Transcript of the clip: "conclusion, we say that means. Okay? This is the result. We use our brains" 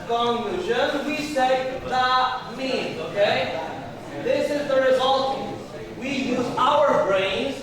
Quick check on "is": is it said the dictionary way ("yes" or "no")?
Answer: yes